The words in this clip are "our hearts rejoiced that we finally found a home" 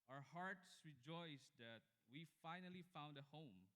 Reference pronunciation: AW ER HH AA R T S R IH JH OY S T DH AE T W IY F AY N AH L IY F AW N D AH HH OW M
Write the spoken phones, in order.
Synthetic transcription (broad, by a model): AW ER HH AA R T S R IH JH OY S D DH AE T W IY F AY N AH L IY F AW N D AH HH OW M